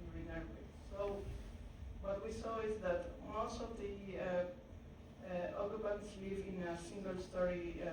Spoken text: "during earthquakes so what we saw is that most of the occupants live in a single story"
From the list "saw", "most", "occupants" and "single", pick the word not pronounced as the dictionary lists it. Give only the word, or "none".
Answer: occupants